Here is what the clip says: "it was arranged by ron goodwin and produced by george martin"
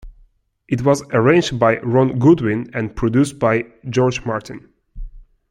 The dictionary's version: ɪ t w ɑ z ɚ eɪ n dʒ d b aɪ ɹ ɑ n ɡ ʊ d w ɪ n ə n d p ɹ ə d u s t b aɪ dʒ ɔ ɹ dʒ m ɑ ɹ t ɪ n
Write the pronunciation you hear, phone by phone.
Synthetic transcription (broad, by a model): ɪ t w ɑ z ɚ eɪ n dʒ d b aɪ ɹ ɑ n ɡ ʊ d w ɪ n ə n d p ɹ ə d u s t b aɪ dʒ ɔ ɹ dʒ m ɑ ɹ t ɪ n